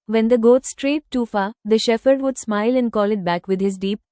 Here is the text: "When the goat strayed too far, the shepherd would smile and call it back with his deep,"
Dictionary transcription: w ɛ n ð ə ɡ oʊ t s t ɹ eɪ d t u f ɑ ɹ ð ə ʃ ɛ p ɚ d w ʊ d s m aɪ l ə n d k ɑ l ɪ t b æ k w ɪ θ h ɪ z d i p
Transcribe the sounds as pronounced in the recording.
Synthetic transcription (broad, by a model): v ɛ n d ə ɡ oʊ t s t ɹ eɪ t u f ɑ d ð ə ʃ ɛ f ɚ d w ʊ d s m aɪ l ə n d k ɑ l ɪ t b æ k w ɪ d h ɪ z d i p